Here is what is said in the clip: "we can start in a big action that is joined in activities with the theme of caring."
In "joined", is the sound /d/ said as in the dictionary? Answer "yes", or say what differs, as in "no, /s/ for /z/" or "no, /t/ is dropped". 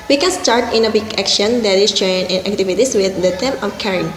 no, /d/ is dropped